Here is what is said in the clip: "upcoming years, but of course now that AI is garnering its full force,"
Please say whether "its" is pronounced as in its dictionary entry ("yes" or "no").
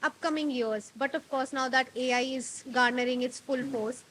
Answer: yes